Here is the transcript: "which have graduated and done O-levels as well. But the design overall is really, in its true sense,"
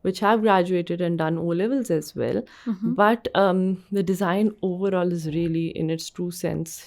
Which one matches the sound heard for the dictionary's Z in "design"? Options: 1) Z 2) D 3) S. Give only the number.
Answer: 1